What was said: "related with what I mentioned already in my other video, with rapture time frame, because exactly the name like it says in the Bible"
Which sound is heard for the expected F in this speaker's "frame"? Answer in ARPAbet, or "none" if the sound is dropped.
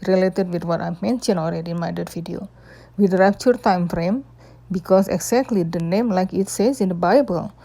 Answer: F